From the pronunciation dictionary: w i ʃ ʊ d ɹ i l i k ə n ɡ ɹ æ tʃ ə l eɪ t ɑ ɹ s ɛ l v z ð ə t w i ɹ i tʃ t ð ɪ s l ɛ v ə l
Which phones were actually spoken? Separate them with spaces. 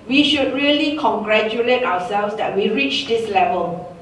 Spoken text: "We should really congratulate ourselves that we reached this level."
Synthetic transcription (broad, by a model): w i ʃ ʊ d ɹ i l i k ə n ɡ ɹ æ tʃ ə l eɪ t ɑ w s ɛ l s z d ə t w i ɹ i tʃ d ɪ s l ɛ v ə l